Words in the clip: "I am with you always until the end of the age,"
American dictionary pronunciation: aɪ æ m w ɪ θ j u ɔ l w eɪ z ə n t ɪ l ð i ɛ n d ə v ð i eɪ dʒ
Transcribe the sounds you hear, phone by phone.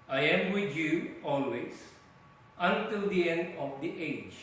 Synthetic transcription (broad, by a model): aɪ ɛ m w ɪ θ j u ɔ l w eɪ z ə n t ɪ l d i ɛ n d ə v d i eɪ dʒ